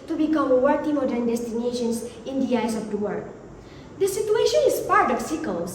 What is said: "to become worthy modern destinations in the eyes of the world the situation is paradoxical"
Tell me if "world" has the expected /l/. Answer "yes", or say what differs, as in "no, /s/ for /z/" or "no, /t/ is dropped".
no, /l/ is dropped